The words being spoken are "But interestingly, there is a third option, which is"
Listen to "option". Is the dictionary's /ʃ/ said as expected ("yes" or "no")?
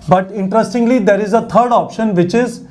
yes